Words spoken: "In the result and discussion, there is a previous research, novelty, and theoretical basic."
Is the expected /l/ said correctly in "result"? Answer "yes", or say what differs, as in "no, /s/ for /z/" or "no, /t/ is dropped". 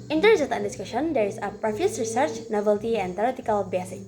no, /n/ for /l/